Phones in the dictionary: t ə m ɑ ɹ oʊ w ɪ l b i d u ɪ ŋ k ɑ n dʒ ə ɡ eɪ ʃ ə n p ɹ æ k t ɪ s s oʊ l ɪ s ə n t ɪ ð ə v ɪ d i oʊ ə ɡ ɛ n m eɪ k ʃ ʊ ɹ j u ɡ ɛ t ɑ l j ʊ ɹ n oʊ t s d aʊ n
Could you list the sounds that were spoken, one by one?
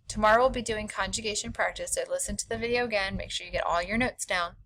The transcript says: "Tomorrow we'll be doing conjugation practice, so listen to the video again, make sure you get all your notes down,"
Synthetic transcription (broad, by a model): t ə m ɑ ɹ oʊ w ɪ l b i d u ɪ ŋ k ɑ n dʒ ə ɡ eɪ ʃ ə n p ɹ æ k t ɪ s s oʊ l ɪ s ə n t ɪ ð ə v ɪ d i oʊ ə ɡ ɛ n m eɪ k ʃ ʊ ɹ j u ɡ ɛ t ɑ l j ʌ ɹ n oʊ t s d aʊ n